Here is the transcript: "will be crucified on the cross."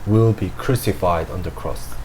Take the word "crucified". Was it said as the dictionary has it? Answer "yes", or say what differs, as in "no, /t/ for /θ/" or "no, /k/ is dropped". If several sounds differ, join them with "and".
yes